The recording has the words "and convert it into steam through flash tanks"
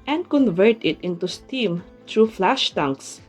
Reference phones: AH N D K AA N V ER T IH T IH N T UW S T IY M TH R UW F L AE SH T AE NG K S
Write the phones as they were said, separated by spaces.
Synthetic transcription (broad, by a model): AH N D K AA N V ER T IH T IH N T UW S T IY M T R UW F L AE SH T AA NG K S